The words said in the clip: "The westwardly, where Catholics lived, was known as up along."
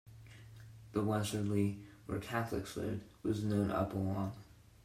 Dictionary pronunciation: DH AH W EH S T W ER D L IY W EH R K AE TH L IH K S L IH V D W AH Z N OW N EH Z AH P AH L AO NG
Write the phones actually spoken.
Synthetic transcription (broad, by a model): DH AH W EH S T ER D L IY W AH R K AE TH L IH K S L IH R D W AH Z N OW N AH P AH L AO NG